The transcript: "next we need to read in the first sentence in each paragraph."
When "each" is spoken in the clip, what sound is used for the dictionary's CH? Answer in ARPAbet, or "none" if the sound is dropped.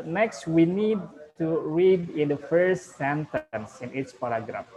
S